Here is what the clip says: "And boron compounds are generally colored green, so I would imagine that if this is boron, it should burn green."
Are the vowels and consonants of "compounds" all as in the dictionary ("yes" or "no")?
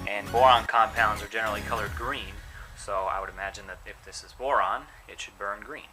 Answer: yes